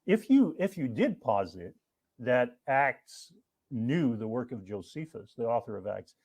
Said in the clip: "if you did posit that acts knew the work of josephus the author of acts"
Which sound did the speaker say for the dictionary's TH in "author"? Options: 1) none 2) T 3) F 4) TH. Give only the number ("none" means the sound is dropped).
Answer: 4